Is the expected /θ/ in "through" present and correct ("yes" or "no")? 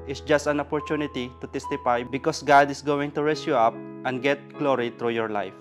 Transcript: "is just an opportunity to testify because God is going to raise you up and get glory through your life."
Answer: no